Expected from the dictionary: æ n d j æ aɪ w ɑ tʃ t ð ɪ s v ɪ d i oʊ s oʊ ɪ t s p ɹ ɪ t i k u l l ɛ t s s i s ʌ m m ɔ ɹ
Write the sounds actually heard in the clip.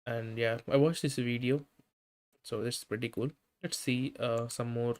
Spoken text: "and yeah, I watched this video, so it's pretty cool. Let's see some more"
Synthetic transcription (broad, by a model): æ n d j æ aɪ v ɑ tʃ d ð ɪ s v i d i oʊ s oʊ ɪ s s p ɹ ɪ t i k u l l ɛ t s s i s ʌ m m ɔ ɹ